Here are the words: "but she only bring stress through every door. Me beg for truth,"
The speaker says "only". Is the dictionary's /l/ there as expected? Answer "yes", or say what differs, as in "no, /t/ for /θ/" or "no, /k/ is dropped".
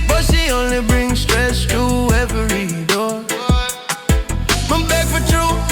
yes